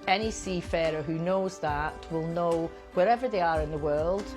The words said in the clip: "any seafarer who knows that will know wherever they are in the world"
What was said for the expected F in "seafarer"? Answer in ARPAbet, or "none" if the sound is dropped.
F